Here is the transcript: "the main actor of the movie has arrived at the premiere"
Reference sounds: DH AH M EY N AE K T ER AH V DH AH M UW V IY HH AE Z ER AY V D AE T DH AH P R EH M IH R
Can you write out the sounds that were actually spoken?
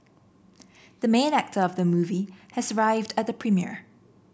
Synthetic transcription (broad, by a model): DH AH M EY N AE K T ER AH V DH AH M UW V IY HH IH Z ER AY V D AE T DH AH P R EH M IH R